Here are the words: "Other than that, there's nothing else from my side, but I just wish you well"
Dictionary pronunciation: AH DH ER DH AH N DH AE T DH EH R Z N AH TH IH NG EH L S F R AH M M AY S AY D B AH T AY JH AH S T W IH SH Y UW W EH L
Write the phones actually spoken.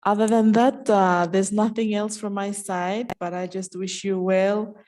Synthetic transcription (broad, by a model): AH DH ER DH AH N DH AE T DH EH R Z N AH TH IH NG EH L S F R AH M M AY S AY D B AH T AY JH AH S T W IH SH Y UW W EH L